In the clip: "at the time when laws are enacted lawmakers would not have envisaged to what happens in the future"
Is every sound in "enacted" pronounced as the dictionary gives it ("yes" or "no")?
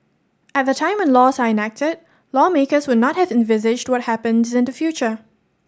yes